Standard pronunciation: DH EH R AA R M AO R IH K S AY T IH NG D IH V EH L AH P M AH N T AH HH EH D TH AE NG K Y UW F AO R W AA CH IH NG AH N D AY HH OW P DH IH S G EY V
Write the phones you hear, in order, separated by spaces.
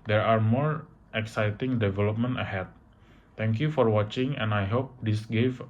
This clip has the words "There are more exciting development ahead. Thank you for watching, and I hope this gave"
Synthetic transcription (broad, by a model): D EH R AA R M AO R IH K S AY T IH NG D IH V EH L AH P M AH N T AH HH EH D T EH NG K Y UW F AO R W AA CH IH NG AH N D AY HH OW P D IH S G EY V